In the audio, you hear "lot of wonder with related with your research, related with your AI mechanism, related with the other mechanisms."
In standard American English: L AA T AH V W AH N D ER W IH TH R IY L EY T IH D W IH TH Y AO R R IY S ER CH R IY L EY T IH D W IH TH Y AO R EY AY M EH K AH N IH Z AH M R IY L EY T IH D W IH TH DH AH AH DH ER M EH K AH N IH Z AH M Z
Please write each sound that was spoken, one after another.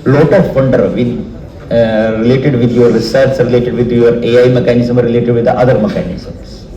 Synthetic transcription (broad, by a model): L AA T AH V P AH N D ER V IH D R IY L EY T IH D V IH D Y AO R R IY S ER S R IY L EY T IH D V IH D Y AO R EY AY M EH K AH N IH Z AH M R IY L EY T IH D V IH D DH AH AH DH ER M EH K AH N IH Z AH M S